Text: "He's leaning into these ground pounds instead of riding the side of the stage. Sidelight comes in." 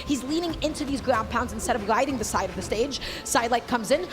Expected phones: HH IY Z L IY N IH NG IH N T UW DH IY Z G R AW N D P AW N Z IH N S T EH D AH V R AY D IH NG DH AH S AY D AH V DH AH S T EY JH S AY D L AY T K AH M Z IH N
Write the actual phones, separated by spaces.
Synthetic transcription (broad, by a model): HH IY Z L IY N IH NG IH N T UW DH IY Z G R AW N P AW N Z IH N S T EH D AH V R AY D IH NG DH AH S AY D AH V DH AH S T EY JH S AY D L AY T K AH M Z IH N